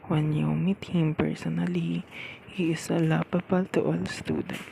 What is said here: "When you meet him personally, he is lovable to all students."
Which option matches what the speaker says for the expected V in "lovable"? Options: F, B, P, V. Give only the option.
P